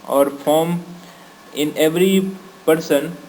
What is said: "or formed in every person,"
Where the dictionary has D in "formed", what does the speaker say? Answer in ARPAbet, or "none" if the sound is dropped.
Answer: none